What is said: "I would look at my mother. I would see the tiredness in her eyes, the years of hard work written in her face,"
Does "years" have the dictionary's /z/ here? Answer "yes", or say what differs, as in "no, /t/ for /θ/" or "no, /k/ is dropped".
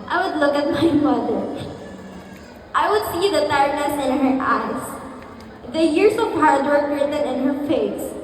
no, /s/ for /z/